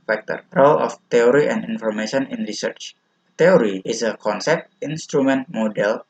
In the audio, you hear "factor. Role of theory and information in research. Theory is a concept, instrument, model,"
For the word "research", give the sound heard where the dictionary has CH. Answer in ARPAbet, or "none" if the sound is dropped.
CH